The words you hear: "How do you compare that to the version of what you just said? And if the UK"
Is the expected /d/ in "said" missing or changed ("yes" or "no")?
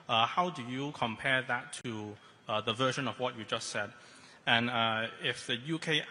no